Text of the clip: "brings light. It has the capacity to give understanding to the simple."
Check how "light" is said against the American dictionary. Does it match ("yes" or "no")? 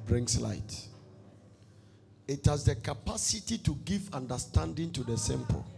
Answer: yes